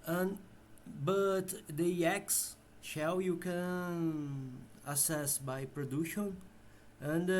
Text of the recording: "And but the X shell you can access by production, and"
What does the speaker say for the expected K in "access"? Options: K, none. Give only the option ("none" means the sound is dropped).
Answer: none